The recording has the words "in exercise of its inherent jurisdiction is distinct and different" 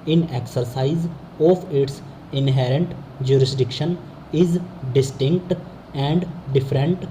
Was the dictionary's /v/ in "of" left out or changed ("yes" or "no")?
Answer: yes